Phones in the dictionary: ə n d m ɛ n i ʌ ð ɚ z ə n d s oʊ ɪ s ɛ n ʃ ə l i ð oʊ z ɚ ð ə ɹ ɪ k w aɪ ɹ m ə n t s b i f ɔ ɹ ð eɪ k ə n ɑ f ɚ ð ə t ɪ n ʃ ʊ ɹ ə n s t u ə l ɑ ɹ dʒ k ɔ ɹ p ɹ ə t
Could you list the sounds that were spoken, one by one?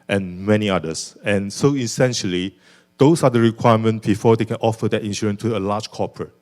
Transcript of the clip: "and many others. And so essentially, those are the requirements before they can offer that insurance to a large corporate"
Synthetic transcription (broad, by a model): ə n m ɛ n i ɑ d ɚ s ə n s oʊ ɪ s ɛ n ʃ ə l i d oʊ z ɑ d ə ɹ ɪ k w aɪ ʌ m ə n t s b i f ɔ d eɪ k ə n ɑ f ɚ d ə t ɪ n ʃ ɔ ɹ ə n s t u ə l ɑ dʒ k ɔ p ɹ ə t